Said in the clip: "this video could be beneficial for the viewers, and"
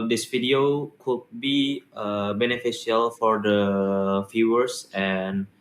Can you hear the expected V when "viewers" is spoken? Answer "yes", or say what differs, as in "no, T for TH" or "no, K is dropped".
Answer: no, F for V